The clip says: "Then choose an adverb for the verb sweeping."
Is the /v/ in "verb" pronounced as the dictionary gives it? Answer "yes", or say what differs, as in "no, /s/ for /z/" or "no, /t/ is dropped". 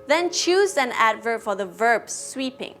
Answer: yes